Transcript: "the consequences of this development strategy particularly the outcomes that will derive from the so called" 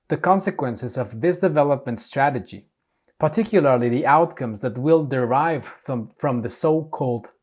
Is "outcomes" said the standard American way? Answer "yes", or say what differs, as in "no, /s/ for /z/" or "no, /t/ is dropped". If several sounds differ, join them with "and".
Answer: yes